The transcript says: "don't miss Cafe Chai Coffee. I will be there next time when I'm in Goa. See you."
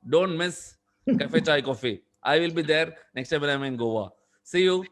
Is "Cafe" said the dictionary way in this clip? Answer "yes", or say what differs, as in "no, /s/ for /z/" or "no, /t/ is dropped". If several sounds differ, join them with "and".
yes